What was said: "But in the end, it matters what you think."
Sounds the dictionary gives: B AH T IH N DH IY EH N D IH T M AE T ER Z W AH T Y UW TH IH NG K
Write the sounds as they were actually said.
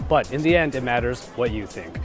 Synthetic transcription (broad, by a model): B AH T IH N DH IY EH N D IH T M AE T ER Z W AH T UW TH IH NG K